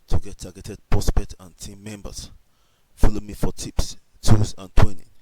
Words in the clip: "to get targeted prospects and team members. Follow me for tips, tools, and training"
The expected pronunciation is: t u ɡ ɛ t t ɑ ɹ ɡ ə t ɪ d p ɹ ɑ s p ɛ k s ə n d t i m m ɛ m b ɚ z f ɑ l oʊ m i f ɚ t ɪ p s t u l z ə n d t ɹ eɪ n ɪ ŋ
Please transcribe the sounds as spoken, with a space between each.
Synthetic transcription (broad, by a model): t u ɡ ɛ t t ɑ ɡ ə t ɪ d p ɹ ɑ s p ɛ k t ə n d t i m m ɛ m b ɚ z f ɑ l oʊ m i f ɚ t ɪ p s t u z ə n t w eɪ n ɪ